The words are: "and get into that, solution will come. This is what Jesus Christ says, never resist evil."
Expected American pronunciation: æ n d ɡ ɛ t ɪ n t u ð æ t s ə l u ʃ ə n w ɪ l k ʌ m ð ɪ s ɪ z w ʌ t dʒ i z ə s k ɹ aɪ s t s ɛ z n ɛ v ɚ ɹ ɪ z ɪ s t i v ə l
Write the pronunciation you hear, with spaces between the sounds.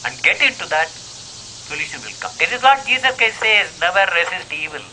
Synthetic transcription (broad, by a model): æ n d ɡ ɛ t ɪ n t u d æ t s ə l u ʃ ə n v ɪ l k ʌ m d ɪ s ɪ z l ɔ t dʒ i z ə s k aɪ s s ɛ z n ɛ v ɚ ɹ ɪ s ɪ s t i v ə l